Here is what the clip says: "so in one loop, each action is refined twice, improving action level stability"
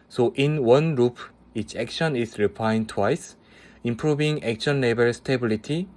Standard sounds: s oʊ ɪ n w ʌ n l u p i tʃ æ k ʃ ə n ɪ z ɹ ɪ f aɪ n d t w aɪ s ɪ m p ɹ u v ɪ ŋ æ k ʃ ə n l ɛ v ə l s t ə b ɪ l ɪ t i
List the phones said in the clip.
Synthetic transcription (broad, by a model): s oʊ ɪ n w ʌ n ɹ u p i tʃ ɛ k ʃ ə n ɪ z ɹ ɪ p aɪ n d t w aɪ s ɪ m p ɹ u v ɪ ŋ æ k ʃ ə n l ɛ b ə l s t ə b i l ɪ t i